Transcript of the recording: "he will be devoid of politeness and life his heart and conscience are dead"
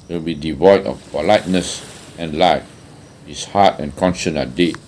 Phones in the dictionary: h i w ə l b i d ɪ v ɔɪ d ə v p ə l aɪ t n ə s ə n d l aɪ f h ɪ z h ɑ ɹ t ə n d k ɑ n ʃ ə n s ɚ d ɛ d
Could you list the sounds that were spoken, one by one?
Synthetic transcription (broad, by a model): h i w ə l b i d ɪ v ɔɪ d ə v p ə l aɪ t n ə s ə n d l aɪ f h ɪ s h ɑ t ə n k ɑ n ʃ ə n ɚ d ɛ